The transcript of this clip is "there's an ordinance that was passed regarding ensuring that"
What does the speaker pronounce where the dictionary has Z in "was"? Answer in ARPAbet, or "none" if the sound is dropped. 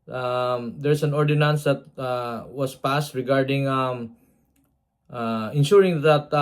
S